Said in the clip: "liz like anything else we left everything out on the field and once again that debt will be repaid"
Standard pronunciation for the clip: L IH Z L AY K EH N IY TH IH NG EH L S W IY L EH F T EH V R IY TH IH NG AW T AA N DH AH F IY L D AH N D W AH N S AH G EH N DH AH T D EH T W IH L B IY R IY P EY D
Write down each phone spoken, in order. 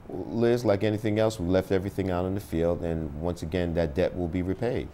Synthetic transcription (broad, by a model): L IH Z L AY K EH N IY TH IH NG EH L S W IY L EH F T EH V R IY TH IH NG AW T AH N DH AH F IY L D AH N W AH N S AH G EH N DH AH T D EH T W IH L B IY R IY P EY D